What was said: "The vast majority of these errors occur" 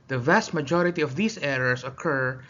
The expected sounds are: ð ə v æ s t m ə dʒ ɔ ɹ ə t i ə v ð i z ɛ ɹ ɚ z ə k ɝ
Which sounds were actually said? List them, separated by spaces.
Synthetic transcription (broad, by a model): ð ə v æ s t m ə dʒ ɔ ɹ ə t i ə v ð i s ɛ ɹ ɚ s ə k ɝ